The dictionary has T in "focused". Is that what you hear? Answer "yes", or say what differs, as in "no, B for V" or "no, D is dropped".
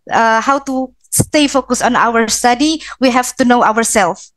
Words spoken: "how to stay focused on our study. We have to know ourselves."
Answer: no, T is dropped